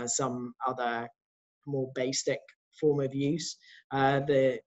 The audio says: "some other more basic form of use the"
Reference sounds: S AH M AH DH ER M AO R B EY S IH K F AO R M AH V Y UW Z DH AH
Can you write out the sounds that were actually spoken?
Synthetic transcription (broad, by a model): S AH M AH DH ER M AO B EY S IH K F AO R M AH V Y UW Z DH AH